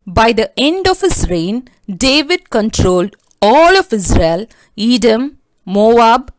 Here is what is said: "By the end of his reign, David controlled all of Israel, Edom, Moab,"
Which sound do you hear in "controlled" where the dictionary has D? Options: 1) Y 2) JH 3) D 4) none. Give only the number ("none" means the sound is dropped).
3